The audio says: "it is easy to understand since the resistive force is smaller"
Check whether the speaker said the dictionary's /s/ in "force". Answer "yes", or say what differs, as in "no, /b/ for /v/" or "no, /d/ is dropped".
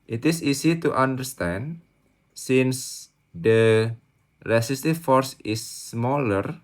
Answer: yes